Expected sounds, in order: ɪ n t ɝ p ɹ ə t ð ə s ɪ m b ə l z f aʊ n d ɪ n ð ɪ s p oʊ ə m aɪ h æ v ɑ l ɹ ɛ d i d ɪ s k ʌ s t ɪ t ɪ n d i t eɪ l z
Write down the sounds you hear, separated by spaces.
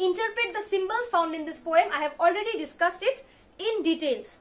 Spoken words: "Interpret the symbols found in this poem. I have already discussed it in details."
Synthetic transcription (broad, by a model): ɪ n t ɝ p ɹ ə t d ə s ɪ m b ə l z f aʊ n d ɪ n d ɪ s p oʊ ə m aɪ h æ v ɑ l ɹ ɛ d i d ɪ s k ʌ s t ɪ t ɪ n d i t eɪ l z